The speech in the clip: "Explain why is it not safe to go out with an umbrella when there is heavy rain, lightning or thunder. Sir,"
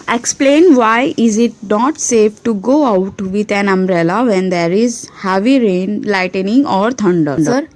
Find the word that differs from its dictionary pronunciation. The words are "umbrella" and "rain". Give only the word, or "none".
none